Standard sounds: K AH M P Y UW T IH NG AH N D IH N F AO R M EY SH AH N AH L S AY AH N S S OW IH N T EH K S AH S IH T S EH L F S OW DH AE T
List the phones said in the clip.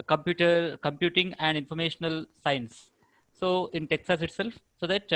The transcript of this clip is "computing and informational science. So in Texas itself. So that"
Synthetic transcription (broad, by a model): K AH M P Y UW T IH NG AH N D IH N F AO R M EY SH AH N AH L S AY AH N S S OW IH N T EH K S AH S IH T S EH L F S OW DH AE T